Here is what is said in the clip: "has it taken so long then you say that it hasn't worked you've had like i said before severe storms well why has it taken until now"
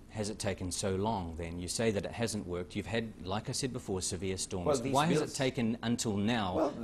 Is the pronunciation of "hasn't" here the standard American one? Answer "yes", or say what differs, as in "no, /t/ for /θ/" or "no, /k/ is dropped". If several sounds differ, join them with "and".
yes